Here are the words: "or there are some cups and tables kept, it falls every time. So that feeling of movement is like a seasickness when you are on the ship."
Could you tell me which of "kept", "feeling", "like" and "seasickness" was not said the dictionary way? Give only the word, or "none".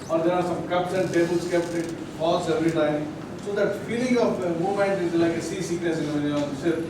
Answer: seasickness